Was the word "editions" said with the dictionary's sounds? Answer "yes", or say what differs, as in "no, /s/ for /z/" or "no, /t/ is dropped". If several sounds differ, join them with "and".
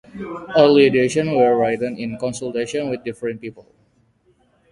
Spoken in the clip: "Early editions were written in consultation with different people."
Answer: no, /z/ is dropped